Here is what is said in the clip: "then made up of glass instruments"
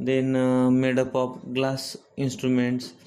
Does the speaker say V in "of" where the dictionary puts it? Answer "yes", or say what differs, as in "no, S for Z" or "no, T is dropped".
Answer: no, P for V